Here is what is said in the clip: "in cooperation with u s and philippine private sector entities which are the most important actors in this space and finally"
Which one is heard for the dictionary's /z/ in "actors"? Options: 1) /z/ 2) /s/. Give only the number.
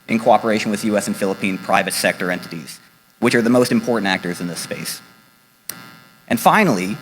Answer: 1